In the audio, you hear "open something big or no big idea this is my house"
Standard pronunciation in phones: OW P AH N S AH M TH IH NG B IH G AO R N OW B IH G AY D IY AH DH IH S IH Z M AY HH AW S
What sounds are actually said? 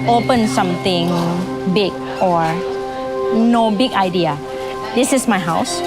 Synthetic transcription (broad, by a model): OW P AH N S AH M T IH NG B IH G AO R N OW B IH G AY D IY AH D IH S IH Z M AY HH AW S